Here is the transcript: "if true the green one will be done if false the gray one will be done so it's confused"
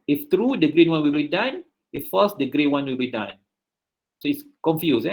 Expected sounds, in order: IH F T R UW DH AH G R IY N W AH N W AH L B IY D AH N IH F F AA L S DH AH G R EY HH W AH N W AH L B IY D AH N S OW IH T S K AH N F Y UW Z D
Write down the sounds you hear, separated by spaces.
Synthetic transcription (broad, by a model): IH F T R UW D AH G R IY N W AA N W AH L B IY D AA N IH F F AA S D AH G R EY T W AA N W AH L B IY D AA N S OW IH T S K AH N F Y UW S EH